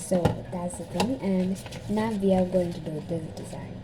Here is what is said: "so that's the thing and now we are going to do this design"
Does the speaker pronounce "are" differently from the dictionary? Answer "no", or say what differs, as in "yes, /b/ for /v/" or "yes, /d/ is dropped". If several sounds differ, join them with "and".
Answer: yes, /l/ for /ɹ/